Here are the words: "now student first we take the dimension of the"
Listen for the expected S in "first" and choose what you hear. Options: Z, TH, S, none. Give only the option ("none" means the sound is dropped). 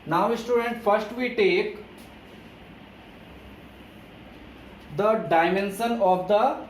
S